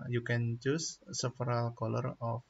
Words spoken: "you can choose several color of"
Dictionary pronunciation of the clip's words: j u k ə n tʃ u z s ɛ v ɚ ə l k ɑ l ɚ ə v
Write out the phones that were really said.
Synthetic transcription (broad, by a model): j u k ə n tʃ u s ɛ f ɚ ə l k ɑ l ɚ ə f